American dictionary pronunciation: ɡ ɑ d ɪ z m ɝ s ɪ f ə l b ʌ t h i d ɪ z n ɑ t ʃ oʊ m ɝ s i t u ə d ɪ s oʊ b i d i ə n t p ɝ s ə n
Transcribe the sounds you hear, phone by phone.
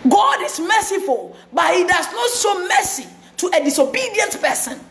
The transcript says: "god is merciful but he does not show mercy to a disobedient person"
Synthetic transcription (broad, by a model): ɡ ɑ d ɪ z m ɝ s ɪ f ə l b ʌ t h i d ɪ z n ɑ t s oʊ m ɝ s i t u ə d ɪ s oʊ b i d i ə n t p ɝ s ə n